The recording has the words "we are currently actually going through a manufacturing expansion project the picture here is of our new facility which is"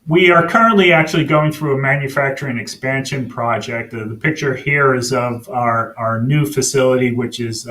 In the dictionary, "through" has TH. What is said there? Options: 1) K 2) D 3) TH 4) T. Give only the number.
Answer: 3